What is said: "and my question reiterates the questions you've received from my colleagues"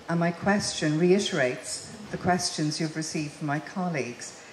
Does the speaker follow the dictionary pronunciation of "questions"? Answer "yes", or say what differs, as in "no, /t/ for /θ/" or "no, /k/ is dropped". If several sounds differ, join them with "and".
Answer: yes